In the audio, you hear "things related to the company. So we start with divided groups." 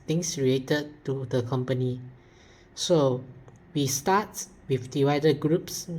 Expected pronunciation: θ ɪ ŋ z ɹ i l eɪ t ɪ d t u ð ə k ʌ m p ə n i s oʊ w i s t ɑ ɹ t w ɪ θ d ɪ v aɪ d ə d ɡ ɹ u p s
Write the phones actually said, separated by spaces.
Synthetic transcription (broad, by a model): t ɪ ŋ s ɹ i l eɪ t ɪ d t u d ə k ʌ m p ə n i s oʊ w i s t ɑ t w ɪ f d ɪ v aɪ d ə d ɡ ɹ u p s